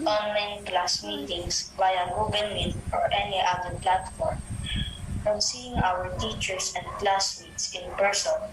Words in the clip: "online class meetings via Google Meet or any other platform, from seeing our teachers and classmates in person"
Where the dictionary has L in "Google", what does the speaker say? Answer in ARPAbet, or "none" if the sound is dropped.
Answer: N